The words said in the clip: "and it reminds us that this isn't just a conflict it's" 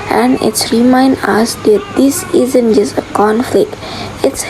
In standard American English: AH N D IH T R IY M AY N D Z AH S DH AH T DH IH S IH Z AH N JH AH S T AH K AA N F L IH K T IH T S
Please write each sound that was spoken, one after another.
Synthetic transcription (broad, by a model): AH N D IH T R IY M AY N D AH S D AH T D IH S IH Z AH N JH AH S AH K AA N F L IH K T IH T S